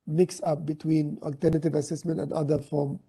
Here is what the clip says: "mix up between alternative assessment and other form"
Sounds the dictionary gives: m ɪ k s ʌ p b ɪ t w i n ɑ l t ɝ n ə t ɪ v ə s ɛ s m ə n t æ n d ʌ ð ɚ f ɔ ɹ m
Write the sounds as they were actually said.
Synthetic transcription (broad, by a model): m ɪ k s ʌ p b ɪ t w i n ɑ l t ɝ n ə t ɪ v ə s ɛ s m ə n t æ n d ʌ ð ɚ f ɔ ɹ m